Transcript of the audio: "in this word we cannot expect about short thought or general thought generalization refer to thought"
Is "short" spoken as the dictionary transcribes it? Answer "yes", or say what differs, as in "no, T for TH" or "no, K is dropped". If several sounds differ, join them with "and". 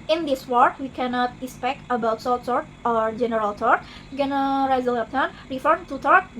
no, S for SH